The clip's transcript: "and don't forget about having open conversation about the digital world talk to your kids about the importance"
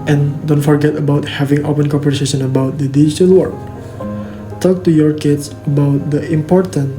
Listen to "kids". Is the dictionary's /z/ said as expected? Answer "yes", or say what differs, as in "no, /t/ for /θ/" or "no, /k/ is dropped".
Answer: no, /s/ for /z/